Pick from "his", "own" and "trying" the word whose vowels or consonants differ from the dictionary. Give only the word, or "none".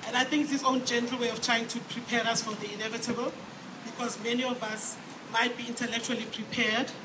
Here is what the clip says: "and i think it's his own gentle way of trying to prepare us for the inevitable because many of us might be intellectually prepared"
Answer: his